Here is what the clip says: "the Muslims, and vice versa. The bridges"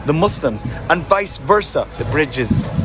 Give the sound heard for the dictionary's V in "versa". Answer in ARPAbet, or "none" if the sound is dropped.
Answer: V